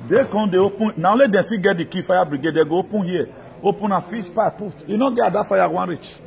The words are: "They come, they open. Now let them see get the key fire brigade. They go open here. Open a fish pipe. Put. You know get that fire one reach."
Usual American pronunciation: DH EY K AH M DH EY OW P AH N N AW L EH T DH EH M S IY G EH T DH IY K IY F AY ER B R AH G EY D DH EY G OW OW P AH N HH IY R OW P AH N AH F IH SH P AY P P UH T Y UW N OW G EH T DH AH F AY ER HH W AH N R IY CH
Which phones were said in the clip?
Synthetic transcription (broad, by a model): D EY K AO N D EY OW P AH N N AW L EH T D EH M S IY G EH T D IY K IY F AY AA B R AH G EY D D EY G OW OW P AH N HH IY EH OW P AH N AH F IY S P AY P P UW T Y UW N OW G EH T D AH F AY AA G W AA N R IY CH